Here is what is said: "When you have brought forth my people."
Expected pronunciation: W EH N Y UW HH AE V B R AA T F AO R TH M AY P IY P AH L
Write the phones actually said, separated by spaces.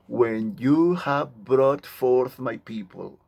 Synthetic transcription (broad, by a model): W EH N Y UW HH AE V B R AA T F AO R TH M AY P IY P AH L